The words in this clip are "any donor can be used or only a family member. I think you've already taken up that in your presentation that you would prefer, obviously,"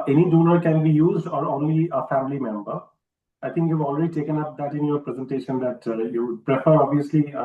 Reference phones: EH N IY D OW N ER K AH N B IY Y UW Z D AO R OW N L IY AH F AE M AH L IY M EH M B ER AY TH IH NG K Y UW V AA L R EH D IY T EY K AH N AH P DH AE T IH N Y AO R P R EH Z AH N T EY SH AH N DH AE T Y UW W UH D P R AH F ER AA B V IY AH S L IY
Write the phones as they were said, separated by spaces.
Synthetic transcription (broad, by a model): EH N IY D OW N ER K AH N B IY Y UW Z D AO R OW N L IY AH F AE M AH L IY M EH M B ER AY T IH NG K Y UW V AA L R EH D IY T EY K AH N AH P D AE T IH N Y AO R P R EH Z AH N T EY SH AH N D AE T Y UW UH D P R AH F ER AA B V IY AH S L IY